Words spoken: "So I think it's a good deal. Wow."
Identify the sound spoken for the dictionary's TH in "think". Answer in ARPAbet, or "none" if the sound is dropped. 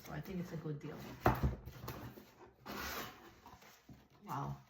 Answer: TH